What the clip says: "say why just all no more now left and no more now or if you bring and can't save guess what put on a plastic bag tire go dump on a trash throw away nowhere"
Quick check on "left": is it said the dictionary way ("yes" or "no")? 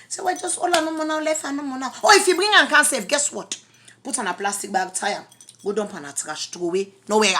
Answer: no